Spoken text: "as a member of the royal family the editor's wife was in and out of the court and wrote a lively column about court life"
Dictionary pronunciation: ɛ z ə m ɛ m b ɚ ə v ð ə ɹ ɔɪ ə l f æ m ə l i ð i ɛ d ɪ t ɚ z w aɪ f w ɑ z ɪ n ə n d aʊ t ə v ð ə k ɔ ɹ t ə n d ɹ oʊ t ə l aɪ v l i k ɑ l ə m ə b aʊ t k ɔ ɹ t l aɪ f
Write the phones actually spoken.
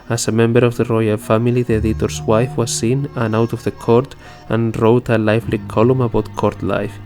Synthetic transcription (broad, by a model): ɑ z ə m ɛ m b ɚ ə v ð ə ɹ ɔɪ ə l f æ m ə l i ð i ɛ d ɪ t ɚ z w aɪ f w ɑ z ɪ n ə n aʊ t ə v ð ə k ɔ ɹ t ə n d ɹ oʊ t ə l aɪ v l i k ɑ l ə m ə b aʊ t k ɔ ɹ t l aɪ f